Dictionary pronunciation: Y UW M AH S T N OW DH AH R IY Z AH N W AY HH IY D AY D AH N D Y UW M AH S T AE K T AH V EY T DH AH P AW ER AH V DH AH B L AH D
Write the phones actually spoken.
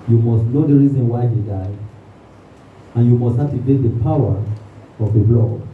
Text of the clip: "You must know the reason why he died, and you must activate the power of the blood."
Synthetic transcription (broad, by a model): Y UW M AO S T N OW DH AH R IY Z AH N W AY HH IY D AY D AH N Y UW M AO S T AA T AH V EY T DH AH P AW ER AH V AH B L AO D